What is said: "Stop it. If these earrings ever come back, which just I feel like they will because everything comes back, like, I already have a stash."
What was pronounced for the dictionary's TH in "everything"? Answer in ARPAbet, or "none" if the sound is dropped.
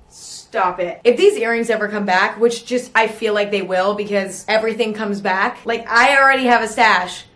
TH